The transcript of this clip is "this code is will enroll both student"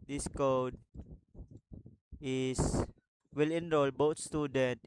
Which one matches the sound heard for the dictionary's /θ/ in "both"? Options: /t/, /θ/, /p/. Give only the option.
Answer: /t/